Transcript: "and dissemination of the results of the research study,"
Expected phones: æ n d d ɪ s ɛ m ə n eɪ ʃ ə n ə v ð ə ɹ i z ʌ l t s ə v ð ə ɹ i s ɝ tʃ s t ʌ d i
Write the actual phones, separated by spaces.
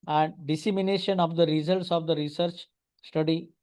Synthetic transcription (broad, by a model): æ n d d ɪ s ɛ m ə n eɪ ʃ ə n ə v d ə ɹ i z ʌ l t s ə v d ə ɹ i s ɝ tʃ s t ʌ d i